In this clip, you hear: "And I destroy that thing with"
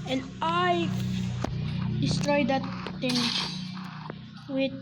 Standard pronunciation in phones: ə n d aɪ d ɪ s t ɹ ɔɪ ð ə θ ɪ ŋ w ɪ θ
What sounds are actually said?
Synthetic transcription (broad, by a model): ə n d aɪ d ɪ s t ɹ ɔɪ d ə t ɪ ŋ w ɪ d